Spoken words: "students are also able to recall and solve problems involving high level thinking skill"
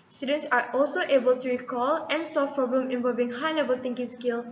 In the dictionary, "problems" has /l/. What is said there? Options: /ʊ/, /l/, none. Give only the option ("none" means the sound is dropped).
none